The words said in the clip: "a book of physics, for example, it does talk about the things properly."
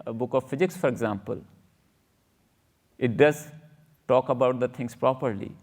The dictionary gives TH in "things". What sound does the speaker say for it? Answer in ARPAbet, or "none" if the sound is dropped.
T